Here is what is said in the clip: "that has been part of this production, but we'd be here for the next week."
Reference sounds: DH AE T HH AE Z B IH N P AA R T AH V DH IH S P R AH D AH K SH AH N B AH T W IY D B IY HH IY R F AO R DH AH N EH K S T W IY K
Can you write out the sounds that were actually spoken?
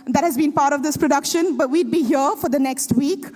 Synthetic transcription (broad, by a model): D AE T HH AE Z B IH N P AA R T AH V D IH S P R AH D AH K SH AH N B AH T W IY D B IY HH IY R F AO R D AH N EH K S T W IY K